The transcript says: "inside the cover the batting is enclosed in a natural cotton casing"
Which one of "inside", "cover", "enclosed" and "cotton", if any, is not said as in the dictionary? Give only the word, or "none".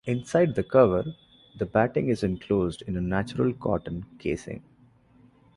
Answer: none